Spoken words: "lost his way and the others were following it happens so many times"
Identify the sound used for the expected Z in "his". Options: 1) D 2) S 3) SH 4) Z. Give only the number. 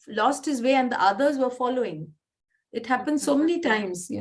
4